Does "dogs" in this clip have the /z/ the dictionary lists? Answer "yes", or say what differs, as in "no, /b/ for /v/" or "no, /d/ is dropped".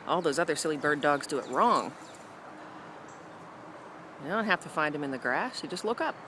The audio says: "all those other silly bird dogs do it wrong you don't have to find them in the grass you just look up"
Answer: yes